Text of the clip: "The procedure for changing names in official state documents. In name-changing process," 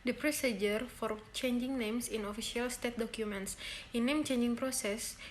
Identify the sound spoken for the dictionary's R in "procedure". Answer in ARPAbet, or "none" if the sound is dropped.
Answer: R